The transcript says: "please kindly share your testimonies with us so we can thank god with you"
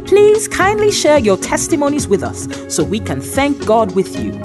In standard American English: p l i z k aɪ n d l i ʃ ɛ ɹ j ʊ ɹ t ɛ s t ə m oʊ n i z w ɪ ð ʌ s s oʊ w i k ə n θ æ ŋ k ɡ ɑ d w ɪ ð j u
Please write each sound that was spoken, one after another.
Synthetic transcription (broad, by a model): p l i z k aɪ n d l i ʃ ɛ ɹ j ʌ ɹ t ɛ s t ə m oʊ n i z w ɪ ð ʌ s s oʊ w i k ə n θ æ ŋ k ɡ ɑ d w ɪ ð j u